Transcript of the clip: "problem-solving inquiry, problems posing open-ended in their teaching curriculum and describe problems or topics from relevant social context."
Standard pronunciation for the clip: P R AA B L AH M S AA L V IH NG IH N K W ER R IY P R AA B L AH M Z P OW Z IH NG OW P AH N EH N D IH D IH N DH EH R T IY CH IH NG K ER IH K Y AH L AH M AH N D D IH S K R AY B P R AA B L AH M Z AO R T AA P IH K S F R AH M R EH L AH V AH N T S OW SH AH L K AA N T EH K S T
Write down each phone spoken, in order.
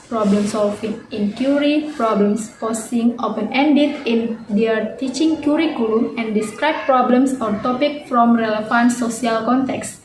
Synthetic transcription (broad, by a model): P R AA B L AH M S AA L F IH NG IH N K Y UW R IY P R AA B L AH M S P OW S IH NG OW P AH N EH N D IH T IH N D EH R T IY CH IH NG K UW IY K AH L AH M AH N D D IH S K R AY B P R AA B L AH M S AO R T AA P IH K F R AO M R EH L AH F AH N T S OW S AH L K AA N T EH K S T